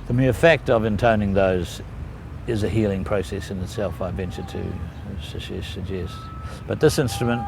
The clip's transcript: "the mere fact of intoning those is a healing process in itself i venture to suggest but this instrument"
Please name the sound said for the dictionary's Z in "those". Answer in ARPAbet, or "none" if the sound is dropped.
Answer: Z